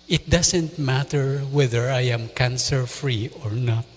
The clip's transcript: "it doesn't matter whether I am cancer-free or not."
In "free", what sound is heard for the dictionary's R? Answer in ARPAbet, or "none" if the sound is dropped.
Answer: R